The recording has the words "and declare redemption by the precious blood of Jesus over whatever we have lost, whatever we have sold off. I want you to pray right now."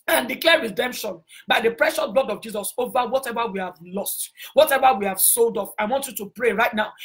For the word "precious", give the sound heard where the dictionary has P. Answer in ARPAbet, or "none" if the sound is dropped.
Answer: P